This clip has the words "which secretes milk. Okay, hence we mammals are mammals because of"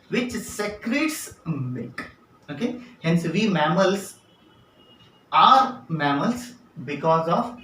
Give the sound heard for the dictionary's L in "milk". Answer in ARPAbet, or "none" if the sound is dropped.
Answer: none